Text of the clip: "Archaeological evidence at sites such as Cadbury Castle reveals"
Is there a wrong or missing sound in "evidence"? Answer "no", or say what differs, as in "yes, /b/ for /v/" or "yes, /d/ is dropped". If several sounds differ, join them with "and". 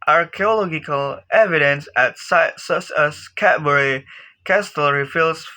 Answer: no